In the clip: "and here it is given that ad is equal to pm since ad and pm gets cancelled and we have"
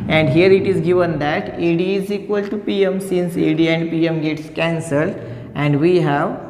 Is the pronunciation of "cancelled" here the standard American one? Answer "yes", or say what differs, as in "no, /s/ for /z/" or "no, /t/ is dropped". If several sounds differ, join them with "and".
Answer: yes